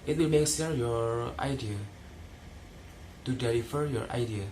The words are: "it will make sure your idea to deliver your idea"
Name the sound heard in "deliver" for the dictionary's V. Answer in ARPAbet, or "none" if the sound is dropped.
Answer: F